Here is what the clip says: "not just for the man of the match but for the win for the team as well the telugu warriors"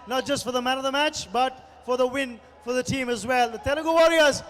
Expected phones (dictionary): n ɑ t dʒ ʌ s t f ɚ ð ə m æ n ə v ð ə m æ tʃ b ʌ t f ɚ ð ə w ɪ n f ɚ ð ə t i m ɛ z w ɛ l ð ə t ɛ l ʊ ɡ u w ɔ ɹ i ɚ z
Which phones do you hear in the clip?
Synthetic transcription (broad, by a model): n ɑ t dʒ ʌ s t f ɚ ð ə m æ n ə v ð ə m æ tʃ b ʌ t f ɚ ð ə w ɪ n f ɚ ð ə t i m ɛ z w ɛ l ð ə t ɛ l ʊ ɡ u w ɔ ɹ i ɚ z